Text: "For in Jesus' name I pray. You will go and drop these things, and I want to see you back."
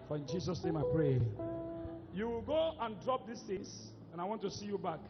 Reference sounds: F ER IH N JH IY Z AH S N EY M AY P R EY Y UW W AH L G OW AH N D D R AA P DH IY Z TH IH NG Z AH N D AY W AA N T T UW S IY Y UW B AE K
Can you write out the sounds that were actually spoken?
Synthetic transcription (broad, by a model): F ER IH N JH IY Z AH S N EY M AY P R EY Y UW W AH L G OW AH N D D R AA P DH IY S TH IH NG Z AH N AY W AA N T T UW S IY Y UW B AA K